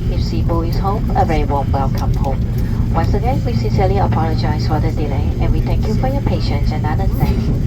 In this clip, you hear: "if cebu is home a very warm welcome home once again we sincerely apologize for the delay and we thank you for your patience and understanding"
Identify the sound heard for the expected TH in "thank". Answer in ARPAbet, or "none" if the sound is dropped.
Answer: T